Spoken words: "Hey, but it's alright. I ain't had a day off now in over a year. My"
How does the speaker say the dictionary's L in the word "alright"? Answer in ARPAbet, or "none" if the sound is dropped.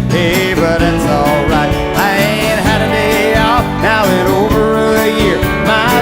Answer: L